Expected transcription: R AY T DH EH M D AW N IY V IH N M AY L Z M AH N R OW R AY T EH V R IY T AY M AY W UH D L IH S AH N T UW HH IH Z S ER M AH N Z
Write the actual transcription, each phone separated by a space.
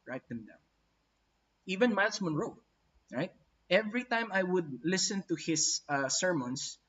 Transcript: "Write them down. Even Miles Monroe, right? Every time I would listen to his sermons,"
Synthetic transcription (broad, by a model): R AY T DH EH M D AW IY V IH N M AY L S M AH N R OW R AY T EH V R IY T AY M AY W UH D L IH S AH N T UW HH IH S S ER M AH N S